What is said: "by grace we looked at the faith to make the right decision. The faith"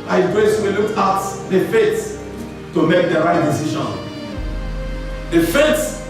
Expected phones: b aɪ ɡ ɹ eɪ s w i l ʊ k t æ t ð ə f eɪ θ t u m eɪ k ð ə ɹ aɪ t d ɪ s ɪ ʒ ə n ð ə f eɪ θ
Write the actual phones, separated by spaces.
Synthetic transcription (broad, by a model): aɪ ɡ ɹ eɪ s w i l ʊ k ɑ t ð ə f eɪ s t u m eɪ k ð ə ɹ aɪ t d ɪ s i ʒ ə n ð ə f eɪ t